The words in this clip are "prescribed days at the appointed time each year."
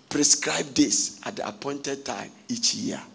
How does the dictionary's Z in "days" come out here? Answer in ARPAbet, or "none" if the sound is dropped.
S